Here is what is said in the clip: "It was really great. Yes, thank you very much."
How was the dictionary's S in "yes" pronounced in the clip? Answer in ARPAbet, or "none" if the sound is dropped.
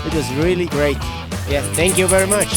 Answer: none